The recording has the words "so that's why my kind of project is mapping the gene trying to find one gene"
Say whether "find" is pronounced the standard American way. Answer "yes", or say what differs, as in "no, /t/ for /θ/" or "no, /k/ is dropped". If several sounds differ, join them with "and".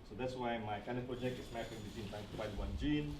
no, /n/ is dropped